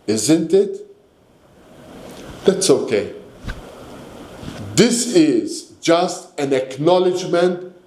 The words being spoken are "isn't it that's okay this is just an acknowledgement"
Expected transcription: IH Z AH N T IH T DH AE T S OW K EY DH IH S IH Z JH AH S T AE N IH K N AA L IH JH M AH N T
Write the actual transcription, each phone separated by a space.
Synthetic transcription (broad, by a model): IH Z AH N T IH T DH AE T S OW K EY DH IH S IH Z JH AH S T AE N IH K N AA L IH JH M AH N T